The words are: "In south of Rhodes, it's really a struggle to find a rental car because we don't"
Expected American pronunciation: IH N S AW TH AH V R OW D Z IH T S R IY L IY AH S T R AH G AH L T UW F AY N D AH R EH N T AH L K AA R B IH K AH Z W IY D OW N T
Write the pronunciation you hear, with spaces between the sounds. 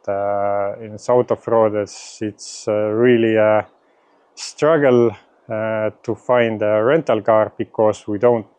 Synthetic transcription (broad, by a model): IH N S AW T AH F R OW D S IH T S R IY L IY AH S T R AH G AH L T UW F AY N D AH R EH N T AH L K AA R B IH K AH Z W IY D OW N T